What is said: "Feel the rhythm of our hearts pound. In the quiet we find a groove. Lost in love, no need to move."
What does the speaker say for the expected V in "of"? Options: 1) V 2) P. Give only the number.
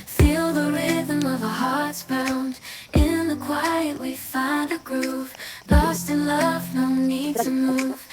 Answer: 1